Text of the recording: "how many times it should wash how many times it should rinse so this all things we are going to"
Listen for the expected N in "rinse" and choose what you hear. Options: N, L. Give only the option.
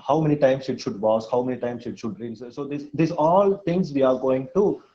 L